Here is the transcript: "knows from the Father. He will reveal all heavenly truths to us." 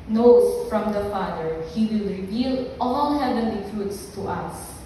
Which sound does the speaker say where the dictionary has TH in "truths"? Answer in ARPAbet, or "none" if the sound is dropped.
T